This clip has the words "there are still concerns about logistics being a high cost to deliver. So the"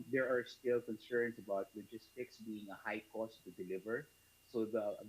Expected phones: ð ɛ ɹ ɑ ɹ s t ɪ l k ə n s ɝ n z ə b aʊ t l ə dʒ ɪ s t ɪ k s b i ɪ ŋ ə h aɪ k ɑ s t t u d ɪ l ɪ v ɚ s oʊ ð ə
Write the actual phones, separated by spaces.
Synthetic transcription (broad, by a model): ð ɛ ɹ ɑ ɹ s t ɪ l k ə n s ɝ n s ə b aʊ t w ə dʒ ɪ s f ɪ k s b i ɪ ŋ ə h aɪ k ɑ s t t u d ɪ l ɪ v ɚ s oʊ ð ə